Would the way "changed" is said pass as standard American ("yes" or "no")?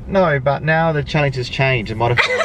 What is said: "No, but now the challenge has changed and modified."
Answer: no